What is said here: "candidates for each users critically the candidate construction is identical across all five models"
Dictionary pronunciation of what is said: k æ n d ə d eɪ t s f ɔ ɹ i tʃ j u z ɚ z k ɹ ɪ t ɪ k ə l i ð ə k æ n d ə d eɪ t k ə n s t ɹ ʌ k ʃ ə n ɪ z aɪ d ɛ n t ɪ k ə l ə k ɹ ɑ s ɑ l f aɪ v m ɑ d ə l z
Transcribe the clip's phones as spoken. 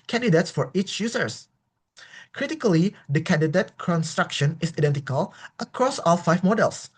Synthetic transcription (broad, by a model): k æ n d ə d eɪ t s f ɔ ɹ i tʃ j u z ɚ s k ɹ ɪ t ɪ k ə l i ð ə k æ n d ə d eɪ t k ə n s t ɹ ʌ k ʃ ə n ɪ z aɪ d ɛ n t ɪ k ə l ə k ɹ ɑ s ɑ l f aɪ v m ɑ d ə l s